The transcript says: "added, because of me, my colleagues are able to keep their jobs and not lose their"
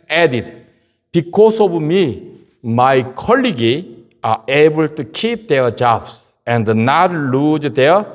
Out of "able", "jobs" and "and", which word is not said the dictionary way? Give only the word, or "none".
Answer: jobs